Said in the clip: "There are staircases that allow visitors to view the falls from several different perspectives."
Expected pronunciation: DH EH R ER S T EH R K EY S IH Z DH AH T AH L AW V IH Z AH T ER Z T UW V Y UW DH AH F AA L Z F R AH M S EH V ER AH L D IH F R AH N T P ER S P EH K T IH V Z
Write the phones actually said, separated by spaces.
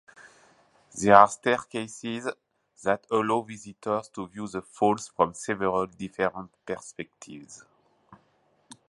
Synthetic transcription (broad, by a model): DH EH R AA S T EH R K EY S IH Z DH AH T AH L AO V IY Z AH T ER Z T UW V Y UW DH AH F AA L S F R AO M S EH V ER AH L D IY F R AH N T P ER S P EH K T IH V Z